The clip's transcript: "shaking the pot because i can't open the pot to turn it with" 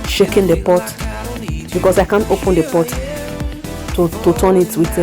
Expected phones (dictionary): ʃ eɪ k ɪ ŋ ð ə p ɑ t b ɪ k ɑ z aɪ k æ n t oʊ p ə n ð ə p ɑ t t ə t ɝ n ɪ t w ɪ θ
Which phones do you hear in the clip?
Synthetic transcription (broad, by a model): ʃ eɪ k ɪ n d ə p ɑ t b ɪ k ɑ s aɪ k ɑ n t oʊ p ə n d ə p ɑ t t ə t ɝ n ɪ t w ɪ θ